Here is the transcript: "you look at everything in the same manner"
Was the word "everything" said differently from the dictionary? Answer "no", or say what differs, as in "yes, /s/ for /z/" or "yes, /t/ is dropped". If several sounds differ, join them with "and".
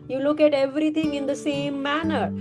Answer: yes, /t/ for /θ/